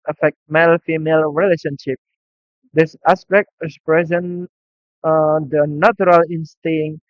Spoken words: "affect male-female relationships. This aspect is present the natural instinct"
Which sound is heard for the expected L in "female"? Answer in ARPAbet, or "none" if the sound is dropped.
L